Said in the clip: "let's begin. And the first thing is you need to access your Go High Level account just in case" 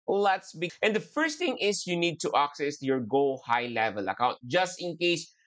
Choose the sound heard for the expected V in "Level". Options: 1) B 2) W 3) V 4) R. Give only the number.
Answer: 3